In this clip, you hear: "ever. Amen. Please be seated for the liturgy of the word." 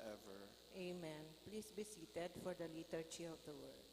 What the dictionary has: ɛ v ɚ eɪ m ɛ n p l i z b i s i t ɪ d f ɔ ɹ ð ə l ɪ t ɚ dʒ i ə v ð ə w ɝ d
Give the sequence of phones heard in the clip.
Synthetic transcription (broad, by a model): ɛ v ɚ eɪ m ɛ n p l i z b i s i t ɪ d f ɔ ɹ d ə l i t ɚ tʃ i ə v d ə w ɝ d